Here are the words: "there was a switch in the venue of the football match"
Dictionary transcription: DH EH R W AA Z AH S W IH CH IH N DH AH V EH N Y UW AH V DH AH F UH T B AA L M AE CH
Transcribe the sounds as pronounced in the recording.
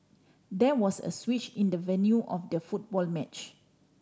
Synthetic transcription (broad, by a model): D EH W AA S AH S W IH CH IH N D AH V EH N Y UW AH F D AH F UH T B AA L M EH CH